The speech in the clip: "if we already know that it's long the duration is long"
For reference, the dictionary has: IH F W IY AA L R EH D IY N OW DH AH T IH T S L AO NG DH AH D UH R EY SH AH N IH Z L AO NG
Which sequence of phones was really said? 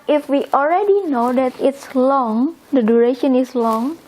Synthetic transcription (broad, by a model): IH F W IY AA L R EH D IY N OW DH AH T IH T S L AO NG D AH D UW R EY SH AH N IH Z L AO NG